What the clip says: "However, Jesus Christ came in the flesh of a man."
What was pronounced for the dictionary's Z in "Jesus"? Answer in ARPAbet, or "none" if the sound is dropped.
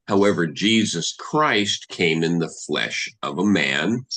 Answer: Z